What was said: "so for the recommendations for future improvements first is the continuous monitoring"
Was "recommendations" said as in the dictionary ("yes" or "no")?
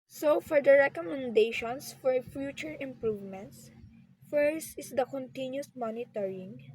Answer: no